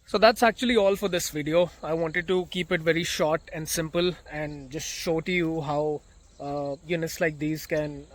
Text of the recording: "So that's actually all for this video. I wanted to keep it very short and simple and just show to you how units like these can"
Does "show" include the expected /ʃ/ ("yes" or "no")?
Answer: yes